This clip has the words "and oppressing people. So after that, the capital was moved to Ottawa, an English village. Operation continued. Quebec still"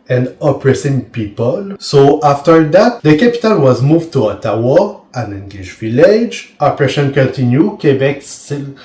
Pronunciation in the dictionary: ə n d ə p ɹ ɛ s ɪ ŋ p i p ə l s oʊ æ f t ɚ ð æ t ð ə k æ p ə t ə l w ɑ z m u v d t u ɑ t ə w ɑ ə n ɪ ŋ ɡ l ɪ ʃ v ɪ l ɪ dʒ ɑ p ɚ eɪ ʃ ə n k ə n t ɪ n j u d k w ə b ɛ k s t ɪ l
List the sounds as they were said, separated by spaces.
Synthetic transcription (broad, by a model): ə n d ə p ɹ ɛ s ɪ ŋ p i p ə l s oʊ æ f t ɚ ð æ t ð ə k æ p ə t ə l w ɑ z m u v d t u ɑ t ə w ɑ ə n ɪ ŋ ɡ l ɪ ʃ v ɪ l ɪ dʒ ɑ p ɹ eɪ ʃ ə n k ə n t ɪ n j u k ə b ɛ k s t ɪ l